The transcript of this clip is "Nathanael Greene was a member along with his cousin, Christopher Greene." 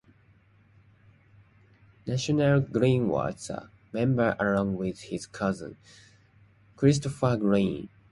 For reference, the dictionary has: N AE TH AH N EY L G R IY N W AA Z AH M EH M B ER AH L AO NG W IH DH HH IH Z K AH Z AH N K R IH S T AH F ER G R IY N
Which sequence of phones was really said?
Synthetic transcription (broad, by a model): N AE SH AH N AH L G R IY N W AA S AH M EH M B ER AH L AO NG W IH DH HH IH Z K AH Z AH N K R IH S T AH F ER G R IY N